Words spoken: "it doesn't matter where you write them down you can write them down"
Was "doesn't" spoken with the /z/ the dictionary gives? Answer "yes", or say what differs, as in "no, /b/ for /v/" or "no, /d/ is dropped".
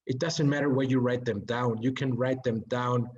yes